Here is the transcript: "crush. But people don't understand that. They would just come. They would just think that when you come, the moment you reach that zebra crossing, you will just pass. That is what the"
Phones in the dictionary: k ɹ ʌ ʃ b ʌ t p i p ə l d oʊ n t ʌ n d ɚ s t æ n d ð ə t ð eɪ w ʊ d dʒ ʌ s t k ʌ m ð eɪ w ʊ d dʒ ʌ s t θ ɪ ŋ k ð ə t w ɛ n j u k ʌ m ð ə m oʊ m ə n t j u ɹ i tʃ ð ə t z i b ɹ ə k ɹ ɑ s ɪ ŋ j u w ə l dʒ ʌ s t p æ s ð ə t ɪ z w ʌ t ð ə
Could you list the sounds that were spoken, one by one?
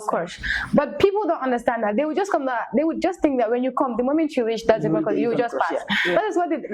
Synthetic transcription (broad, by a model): k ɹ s b ʌ t p i p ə l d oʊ n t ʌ n d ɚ s t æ n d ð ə t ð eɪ w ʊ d dʒ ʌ s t k ʌ m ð eɪ w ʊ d dʒ ʌ s t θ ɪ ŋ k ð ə t w ɛ n j u k ʌ m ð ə m oʊ m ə n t j u ɹ i tʃ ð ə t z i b ə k ɑ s j u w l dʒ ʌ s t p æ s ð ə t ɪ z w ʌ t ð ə